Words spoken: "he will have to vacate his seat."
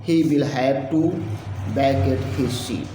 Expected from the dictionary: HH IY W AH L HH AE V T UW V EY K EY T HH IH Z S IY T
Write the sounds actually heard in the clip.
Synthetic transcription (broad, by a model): HH IY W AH L HH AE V T UW B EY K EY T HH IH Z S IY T